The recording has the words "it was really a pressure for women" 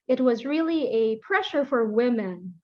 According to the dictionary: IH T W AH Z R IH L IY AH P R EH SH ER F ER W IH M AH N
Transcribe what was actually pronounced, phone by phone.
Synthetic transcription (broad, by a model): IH T W AH Z R IH L IY AH P R EH SH ER F ER W IH M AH N